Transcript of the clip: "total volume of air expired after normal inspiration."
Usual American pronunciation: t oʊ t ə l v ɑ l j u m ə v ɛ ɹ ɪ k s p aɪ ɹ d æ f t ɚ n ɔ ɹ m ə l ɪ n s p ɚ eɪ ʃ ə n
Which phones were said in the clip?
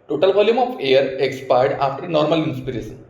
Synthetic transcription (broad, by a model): t oʊ t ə l b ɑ l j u m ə f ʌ ɹ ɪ k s p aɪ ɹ d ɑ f t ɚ n ɔ ɹ m ə l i n s p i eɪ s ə n